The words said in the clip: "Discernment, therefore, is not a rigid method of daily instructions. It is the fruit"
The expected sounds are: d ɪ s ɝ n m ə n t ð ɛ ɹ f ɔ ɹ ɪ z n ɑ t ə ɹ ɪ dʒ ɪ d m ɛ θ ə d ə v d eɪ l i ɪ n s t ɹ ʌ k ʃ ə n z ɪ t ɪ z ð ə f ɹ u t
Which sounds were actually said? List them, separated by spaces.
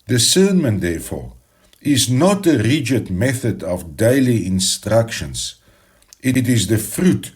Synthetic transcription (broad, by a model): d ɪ s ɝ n m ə n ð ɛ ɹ f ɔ ɹ ɪ z n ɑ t ə ɹ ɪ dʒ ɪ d m ɛ θ ə d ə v d eɪ l i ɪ n s t ɹ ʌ k ʃ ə n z ɪ t ɪ z ð ə f ɹ u t